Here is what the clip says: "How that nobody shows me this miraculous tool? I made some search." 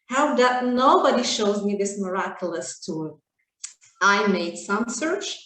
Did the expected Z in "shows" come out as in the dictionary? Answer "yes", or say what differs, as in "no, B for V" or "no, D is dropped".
yes